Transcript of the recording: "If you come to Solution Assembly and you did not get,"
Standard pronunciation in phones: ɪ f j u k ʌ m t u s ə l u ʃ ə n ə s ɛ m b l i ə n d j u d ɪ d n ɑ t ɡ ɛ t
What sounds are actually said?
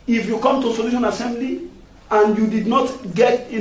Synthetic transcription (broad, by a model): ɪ f j u k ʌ m t u s ə l u ʃ ə n ə s ɛ m b l i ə n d j u d ɪ d n ɑ t ɡ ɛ t